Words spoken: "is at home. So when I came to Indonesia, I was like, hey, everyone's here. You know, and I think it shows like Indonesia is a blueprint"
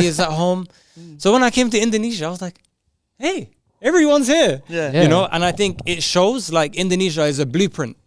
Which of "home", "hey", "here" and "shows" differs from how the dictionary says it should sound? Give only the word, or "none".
none